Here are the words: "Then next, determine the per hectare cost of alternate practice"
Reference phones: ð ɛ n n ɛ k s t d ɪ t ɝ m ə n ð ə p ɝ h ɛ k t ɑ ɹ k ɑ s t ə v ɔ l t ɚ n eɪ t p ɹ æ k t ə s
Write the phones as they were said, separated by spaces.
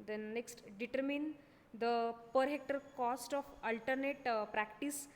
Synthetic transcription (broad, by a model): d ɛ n n ɛ k s t d ɪ t ɝ m ə n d ə p ɝ h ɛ k t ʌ ɹ k ɑ s t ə f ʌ l t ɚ n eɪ t p ɹ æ k t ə s